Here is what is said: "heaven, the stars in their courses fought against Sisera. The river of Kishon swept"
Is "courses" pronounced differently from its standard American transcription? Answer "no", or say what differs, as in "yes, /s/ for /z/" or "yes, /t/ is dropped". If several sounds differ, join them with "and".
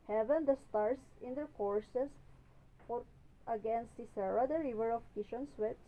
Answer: yes, /s/ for /z/